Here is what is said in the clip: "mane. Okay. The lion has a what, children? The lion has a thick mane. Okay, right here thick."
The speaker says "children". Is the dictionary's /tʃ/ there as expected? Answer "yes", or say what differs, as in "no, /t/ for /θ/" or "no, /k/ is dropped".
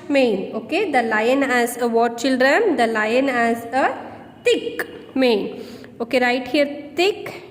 yes